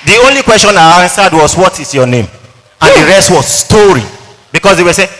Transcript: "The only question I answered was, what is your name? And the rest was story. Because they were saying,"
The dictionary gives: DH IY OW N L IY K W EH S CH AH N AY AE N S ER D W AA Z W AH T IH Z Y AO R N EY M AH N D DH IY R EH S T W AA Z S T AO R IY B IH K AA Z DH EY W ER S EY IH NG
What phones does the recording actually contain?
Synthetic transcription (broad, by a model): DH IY OW N L IY K W EH S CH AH N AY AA N S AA D W AA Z W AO T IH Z Y AO N EY M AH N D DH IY R EH S T W AA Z S T AO R IY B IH K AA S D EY W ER S EY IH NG